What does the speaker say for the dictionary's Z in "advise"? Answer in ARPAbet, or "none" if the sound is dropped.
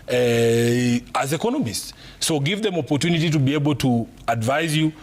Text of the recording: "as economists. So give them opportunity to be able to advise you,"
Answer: Z